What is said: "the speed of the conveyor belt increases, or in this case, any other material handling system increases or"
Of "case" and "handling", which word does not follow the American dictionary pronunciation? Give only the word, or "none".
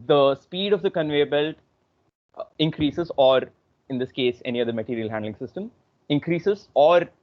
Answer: none